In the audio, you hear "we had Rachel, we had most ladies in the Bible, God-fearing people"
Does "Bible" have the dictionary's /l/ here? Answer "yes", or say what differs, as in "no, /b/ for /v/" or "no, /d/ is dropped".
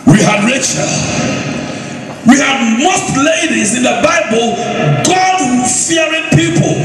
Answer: yes